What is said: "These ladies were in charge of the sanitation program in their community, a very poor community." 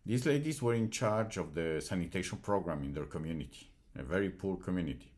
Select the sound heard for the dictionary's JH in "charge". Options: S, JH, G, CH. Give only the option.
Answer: JH